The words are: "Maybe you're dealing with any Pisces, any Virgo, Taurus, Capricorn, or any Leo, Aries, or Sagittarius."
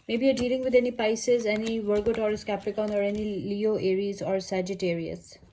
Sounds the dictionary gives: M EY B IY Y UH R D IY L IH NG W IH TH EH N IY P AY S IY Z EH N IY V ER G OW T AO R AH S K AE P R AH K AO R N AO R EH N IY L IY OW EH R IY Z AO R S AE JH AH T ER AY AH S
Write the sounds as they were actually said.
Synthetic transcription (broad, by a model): M EY B IY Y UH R D IY L IH NG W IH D EH N IY P AY S IY Z EH N IY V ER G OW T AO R S K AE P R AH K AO N AO R EH N IY L IY OW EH R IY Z AO R S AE JH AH T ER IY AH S